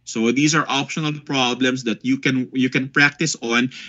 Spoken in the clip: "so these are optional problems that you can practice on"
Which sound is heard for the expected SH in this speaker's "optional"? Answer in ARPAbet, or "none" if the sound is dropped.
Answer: SH